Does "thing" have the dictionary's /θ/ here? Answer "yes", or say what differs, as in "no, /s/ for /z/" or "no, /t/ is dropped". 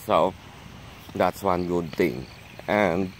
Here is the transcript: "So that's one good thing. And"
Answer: no, /t/ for /θ/